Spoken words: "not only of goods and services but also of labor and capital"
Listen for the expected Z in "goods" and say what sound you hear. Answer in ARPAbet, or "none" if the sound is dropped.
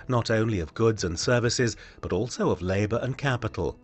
Z